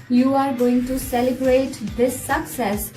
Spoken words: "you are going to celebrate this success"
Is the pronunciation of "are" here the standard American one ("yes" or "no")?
yes